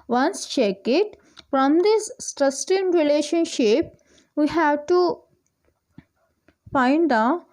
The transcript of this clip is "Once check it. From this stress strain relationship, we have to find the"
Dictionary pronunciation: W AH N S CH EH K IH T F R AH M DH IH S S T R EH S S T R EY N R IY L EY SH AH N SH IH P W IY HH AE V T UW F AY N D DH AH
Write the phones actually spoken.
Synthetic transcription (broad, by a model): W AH N S CH EH K IH T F R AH M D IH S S T R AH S S T EY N R IY L EY SH AH N SH IH P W IY HH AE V T UW F AY N D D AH